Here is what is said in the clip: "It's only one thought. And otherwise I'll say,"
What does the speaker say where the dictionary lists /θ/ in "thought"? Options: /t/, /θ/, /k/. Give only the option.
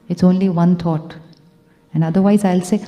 /t/